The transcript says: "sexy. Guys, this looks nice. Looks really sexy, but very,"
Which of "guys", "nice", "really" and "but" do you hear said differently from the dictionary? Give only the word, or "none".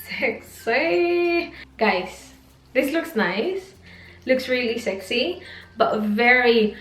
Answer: guys